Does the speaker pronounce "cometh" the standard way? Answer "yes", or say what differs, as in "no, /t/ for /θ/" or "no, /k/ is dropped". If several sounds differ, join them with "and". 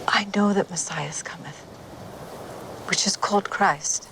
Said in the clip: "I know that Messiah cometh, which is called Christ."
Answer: yes